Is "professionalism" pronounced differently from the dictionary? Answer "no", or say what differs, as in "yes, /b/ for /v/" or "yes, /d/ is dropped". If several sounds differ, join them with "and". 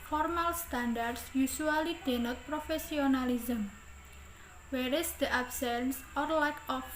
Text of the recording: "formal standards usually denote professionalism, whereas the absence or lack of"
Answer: yes, /s/ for /ʃ/